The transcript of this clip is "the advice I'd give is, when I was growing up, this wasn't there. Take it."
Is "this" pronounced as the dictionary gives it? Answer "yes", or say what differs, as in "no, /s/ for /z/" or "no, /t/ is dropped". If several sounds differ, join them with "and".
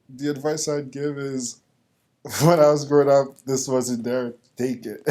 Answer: yes